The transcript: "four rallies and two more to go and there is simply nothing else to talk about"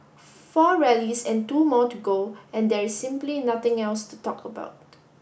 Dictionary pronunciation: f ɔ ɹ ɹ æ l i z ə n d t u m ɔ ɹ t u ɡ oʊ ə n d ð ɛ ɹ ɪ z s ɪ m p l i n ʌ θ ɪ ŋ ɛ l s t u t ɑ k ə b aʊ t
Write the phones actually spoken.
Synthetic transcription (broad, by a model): f ɔ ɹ ɹ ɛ l i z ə n t u m ɔ t u ɡ oʊ ə n d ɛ ɹ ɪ s ɪ m p l i n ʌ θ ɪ ŋ ɛ l s t u t ɑ k ə b aʊ t